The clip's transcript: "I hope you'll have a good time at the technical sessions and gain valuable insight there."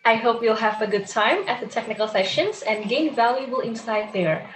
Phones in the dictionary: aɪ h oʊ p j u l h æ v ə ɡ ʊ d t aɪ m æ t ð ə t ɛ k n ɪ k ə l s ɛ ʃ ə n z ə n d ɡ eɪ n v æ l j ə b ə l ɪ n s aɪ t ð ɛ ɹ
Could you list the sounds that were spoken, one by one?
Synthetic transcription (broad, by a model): aɪ h oʊ p j u l h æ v ə ɡ ʊ d t aɪ m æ t ð ə t ɛ k n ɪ k l s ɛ ʃ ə n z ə n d ɡ eɪ n v æ l j ə b ə l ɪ n s aɪ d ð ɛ ɹ